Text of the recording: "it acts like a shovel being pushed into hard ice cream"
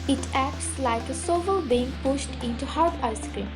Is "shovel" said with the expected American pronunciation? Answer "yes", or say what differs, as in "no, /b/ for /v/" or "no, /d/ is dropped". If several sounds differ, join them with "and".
no, /s/ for /ʃ/